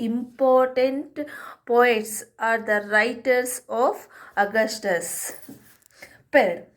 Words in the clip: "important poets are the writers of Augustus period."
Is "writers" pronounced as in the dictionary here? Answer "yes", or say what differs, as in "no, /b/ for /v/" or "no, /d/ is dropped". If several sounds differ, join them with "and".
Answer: no, /s/ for /z/